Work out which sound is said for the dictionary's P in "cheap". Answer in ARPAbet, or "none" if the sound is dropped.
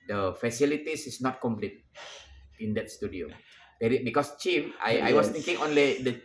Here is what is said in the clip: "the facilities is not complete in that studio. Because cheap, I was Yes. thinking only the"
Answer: F